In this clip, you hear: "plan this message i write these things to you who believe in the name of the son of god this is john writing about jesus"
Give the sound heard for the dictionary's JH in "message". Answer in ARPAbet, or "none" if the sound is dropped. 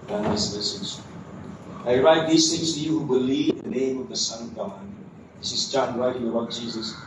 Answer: Z